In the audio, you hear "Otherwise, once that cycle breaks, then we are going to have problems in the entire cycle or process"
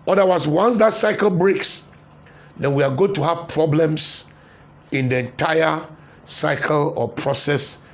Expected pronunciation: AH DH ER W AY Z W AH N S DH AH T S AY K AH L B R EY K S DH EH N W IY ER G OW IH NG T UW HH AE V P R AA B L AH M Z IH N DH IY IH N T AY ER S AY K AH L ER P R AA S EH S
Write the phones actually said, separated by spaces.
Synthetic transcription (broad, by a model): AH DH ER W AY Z W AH N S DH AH T S AY K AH L B R EY K S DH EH N W IY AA G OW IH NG T UW HH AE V P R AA B L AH M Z IH N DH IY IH N T AY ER S AY K AH L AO P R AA S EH S